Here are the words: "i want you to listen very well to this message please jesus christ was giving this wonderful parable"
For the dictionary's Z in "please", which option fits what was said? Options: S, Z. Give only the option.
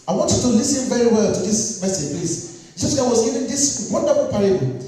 S